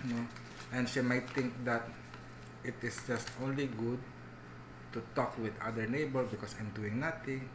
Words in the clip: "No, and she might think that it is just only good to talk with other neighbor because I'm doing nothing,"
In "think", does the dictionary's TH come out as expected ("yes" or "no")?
no